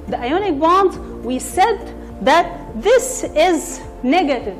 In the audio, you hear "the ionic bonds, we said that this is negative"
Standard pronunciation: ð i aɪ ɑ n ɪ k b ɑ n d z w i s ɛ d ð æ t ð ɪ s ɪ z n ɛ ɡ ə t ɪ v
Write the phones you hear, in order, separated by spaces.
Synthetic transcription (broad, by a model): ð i aɪ ɑ n ɪ k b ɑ n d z w i s ɛ d ð æ t ð ɪ s ɪ z n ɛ ɡ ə t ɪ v